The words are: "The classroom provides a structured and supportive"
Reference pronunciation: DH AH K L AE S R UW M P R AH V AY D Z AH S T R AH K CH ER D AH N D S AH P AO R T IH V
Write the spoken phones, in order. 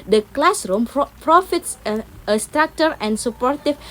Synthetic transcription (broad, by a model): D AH K L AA S R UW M P R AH F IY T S AH S T R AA K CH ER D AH N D S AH P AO R T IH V